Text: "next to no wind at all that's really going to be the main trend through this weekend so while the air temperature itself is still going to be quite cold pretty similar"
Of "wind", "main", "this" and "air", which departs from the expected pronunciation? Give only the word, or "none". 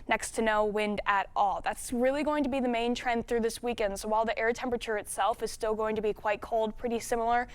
none